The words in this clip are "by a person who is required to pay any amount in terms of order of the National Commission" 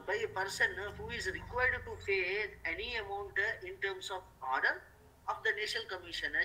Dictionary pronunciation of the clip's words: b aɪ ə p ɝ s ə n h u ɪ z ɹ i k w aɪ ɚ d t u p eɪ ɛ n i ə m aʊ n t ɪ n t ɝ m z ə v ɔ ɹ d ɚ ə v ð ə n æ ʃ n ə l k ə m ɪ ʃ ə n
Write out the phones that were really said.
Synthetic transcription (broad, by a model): b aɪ ə p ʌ s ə n h u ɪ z ɹ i k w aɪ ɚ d t u f eɪ ɛ n i ə m aʊ n t ɪ n t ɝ m s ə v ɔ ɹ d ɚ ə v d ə n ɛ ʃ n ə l k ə m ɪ ʃ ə n